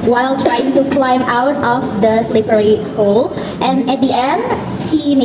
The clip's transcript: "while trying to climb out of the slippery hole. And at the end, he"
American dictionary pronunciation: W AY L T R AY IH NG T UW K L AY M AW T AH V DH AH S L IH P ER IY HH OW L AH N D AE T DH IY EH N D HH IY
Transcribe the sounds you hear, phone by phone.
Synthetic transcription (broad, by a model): W AY L T R AY IH NG T UW K L AY M AW T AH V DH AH S L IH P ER IY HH OW L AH N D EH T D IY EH N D HH IY